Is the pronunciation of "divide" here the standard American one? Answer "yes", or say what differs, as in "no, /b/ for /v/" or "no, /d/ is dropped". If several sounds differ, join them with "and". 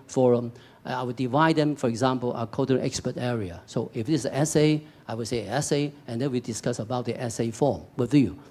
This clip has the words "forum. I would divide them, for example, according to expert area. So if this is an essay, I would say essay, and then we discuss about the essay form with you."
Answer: yes